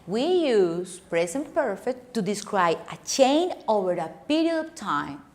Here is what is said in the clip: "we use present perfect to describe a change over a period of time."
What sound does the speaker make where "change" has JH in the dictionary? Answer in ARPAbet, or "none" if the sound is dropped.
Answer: none